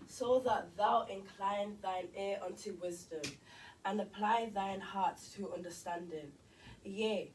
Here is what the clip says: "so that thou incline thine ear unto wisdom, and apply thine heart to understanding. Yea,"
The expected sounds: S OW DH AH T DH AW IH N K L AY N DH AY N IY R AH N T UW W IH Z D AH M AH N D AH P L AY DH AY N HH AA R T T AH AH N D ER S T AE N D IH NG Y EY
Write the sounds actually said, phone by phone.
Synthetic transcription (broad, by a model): S OW DH AH T DH AW IH N K L AY N DH AY N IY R AH N T UW W IH Z D AH M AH N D AH P L AY DH AY N HH AA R T T AH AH N D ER S T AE N D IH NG Y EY